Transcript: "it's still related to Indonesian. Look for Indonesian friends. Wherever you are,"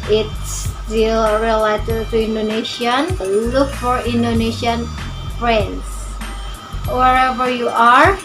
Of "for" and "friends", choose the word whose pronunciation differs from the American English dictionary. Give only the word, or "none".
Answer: friends